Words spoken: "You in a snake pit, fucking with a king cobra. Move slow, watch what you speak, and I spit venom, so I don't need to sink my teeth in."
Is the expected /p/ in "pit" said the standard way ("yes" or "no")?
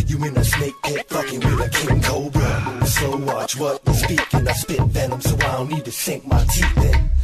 no